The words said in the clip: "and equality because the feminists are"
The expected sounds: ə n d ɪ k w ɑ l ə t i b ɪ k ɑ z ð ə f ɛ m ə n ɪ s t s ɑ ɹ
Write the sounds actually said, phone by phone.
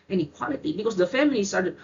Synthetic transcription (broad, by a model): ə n ɪ k w ɑ l ə t i b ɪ k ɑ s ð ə f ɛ m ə l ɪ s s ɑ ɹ